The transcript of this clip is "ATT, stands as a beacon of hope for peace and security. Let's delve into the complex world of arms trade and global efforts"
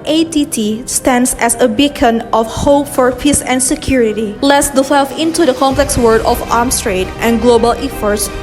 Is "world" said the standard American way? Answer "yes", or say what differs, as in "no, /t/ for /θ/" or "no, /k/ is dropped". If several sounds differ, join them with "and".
no, /l/ is dropped